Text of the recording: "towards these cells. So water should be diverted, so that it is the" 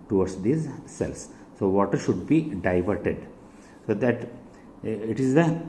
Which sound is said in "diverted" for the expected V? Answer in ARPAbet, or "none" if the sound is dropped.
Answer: V